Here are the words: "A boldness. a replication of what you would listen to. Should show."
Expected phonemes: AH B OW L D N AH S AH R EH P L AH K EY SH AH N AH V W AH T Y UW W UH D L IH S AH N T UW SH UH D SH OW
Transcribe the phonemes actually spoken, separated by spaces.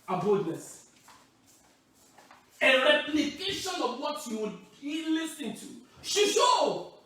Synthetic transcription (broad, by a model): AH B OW D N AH S AH R EH P L AH K EY SH AH N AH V W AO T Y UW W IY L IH S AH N T UW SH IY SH OW